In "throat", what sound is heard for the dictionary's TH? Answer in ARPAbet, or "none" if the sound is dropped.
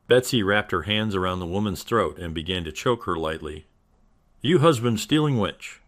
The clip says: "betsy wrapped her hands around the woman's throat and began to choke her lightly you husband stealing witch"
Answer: TH